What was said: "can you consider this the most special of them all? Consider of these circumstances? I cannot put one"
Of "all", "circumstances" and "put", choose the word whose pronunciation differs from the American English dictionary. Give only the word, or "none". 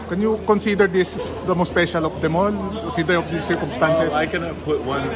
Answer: circumstances